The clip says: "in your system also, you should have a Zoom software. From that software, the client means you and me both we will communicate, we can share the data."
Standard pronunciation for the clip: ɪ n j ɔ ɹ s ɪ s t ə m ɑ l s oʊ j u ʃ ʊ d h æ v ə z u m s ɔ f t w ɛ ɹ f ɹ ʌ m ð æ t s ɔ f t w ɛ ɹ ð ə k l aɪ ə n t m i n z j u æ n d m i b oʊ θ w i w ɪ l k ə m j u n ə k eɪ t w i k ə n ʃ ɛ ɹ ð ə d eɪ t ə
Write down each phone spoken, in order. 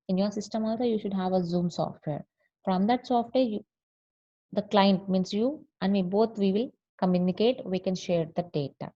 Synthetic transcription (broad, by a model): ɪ n j ɔ ɹ s ɪ s t ə m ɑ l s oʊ j u ʃ ʊ d h æ v ə z u m s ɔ f t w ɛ ɹ f ɹ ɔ m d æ t s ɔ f t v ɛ ɹ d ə k l aɪ ə n t m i n s j u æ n d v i b oʊ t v i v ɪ l k ə m j u n ə k eɪ t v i k ə n ʃ ɛ ɹ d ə d eɪ t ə